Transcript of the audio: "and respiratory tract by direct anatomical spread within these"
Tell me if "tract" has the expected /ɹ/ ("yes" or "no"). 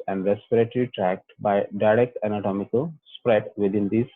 yes